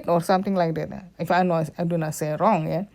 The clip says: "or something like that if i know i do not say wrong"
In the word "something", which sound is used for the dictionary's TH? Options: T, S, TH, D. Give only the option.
T